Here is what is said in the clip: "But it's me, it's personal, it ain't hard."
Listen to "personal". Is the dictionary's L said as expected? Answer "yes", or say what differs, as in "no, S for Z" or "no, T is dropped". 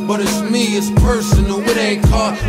no, W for L